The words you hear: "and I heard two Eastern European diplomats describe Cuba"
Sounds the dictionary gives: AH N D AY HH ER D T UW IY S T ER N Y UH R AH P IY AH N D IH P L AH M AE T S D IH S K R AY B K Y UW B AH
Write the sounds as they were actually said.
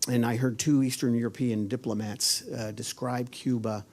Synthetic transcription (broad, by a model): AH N AY HH ER D T UW IY S T ER N Y UH R AH P IY AH N D IH P L AH M AE T S D IH S K R AY B K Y UW B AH